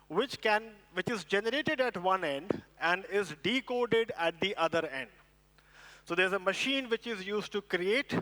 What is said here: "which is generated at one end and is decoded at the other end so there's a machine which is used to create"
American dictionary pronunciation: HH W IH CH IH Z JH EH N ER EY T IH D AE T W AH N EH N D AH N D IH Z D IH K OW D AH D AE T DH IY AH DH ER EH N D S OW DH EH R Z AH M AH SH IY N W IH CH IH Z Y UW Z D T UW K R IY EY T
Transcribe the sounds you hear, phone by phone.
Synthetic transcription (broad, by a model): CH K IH CH IH Z JH EH N ER EY T IH D AE T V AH N EH N D AH N D IH Z D IH K OW D AH D AE T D IY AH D ER EH N D S OW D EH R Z AH M AH SH IY N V IH CH IH Z Y UW Z D T UW K R IY EY T